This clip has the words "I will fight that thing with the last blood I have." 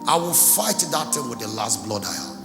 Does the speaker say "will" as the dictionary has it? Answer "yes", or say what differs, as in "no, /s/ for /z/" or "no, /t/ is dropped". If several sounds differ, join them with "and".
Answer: yes